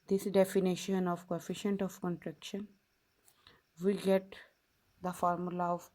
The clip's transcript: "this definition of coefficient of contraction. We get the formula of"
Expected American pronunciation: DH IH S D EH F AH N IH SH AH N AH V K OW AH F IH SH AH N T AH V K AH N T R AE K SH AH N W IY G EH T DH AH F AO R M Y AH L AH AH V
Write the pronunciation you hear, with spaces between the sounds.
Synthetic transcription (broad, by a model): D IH S D EH F AH N IH SH AH N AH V K OW AH F IH SH AH N T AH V K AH N T R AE K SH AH N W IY G EH T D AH F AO R M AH L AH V